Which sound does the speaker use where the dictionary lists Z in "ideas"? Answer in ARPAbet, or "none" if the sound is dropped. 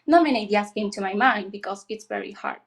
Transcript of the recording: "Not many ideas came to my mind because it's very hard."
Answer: S